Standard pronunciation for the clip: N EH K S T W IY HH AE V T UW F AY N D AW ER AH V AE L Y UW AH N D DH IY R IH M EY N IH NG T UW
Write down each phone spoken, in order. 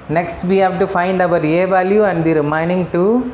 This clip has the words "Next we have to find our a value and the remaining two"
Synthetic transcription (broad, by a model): N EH K S T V IY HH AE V T UW F AY N D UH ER AH V AE L Y UW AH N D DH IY R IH M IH N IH NG T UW